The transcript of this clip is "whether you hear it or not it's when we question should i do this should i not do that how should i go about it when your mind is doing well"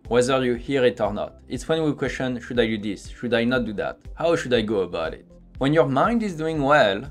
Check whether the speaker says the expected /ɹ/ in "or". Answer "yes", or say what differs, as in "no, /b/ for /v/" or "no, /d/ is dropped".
yes